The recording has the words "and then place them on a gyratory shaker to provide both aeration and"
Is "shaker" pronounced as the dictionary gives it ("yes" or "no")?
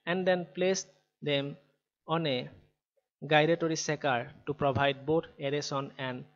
no